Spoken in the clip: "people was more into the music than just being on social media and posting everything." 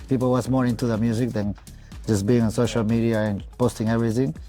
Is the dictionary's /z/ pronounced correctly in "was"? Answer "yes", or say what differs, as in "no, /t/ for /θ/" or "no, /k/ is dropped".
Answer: no, /s/ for /z/